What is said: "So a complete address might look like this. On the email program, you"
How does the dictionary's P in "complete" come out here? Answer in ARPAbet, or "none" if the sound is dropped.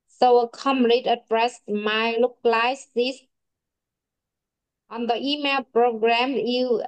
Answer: none